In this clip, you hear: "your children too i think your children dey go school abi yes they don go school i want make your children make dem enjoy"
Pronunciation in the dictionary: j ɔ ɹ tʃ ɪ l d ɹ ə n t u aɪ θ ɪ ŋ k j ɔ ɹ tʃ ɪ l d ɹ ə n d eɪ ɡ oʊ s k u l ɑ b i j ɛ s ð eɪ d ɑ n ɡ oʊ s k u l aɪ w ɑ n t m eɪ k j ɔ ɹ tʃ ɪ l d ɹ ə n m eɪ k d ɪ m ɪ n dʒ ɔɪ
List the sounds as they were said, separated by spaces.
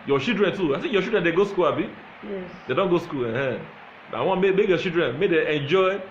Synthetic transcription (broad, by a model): j ɔ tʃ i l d ɹ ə n t u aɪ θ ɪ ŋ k j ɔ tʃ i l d ɹ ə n d eɪ ɡ oʊ s k u l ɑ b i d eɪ d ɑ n ɡ oʊ s k u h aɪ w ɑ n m m eɪ k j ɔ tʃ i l d ɹ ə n m eɪ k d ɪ ɪ n dʒ ɔɪ